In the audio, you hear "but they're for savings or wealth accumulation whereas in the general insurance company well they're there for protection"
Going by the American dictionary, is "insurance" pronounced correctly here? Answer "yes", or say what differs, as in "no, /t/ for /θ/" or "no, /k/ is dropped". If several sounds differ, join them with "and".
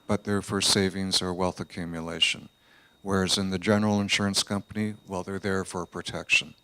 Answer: yes